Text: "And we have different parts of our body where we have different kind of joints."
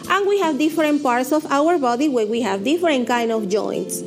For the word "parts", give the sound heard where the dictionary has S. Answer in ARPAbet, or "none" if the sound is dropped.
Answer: S